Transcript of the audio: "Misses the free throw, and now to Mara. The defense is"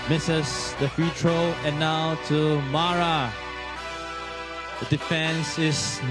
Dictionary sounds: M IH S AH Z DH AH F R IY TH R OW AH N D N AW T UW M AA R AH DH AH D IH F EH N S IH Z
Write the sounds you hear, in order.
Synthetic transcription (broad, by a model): M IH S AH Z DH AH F IY T R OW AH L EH N AW T UW M AA R AH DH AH D IH F EH N S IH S